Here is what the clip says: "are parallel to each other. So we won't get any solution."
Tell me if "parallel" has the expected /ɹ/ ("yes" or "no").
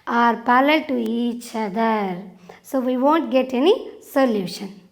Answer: no